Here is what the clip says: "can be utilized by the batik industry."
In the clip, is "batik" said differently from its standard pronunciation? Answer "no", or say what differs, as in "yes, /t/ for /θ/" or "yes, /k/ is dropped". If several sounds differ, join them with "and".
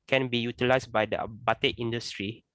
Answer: yes, /k/ is dropped